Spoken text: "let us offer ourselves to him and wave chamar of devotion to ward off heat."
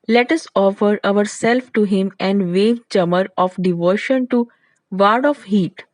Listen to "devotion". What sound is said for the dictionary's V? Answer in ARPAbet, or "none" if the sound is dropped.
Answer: V